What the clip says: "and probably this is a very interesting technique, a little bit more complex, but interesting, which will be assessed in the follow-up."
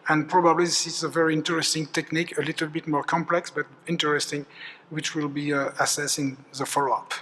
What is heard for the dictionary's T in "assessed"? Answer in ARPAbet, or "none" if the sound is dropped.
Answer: none